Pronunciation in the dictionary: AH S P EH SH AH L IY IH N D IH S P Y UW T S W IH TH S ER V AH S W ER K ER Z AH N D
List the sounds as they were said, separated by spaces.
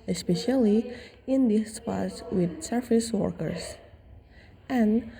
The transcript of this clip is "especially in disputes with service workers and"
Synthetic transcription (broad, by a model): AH S P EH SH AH L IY IH N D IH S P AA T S W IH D S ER F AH S W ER K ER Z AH N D